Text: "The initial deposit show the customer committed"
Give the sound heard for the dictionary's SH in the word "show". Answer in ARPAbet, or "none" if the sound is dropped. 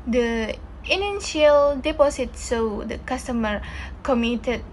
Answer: S